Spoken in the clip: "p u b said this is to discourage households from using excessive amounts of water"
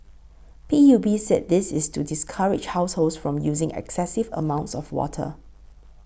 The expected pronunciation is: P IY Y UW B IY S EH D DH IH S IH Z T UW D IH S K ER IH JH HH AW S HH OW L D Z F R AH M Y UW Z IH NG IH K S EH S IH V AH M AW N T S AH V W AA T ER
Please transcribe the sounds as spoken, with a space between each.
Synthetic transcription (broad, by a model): P IY Y UW B IY S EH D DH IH S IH S T UW D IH S K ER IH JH HH AW S HH OW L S F R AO M Y UW Z IH NG IH K S EH S IH V AH M AW N T S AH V W AA T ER